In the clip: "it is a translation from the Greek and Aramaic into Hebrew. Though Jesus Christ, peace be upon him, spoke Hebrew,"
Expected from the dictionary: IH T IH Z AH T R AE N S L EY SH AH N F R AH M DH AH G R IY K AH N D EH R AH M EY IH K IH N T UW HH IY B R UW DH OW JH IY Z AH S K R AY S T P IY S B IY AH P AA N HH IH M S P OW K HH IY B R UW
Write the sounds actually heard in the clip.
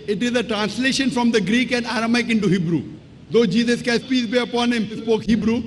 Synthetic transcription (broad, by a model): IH T IH Z AH T R AE N S L EY SH AH N F R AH M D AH G R IY K AH N D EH R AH M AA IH K IH N T UW HH IY B R UW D OW JH IY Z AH S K AY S P IY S B IY AH P AA N HH IH M S P OW K HH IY B R UW